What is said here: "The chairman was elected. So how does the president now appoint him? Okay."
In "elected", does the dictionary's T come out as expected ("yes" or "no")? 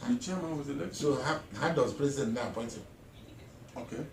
no